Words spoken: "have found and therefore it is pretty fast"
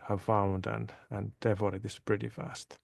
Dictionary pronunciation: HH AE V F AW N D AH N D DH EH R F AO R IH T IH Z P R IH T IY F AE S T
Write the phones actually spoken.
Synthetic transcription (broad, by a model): HH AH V F AW N D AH N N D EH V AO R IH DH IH S P R IH T IY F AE S T